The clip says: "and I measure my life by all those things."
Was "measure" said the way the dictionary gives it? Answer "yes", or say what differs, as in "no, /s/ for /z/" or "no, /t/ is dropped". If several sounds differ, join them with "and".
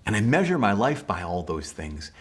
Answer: yes